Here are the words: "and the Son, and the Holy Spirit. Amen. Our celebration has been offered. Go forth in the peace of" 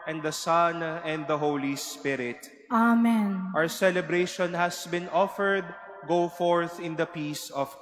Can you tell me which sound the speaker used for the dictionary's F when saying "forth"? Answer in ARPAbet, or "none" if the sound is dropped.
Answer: F